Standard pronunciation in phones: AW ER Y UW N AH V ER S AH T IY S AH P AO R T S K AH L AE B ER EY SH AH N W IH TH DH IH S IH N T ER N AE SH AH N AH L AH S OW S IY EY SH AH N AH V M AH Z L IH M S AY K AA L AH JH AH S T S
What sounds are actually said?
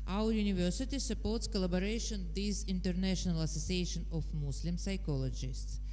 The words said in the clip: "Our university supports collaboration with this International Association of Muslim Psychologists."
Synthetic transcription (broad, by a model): AW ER Y UW N AH V ER S AH T IY S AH P AO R T S K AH L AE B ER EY SH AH N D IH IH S IH N T ER N AE SH AH N AH L AH S OW S IY EY SH AH N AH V M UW S L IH M S AY K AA L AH JH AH S T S